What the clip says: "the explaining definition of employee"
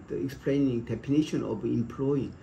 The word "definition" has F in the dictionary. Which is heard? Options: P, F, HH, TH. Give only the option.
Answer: P